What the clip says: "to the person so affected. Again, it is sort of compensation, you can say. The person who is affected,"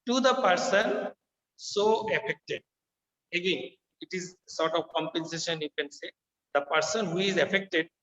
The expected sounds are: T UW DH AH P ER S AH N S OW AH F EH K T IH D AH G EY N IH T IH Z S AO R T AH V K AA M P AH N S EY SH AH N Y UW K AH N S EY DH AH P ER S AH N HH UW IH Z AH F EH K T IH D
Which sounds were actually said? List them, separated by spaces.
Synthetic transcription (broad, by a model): T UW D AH P ER S AH N S OW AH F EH K T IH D AH G EY N IH T IH Z S AO R T AH V K AA M P AH N S EY SH AH N Y UW K AH N S EY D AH P ER S AH N HH UW IH Z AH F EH K T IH D